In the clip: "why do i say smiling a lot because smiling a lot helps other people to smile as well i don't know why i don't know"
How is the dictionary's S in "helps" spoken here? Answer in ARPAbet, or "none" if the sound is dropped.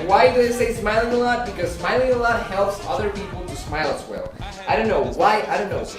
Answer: S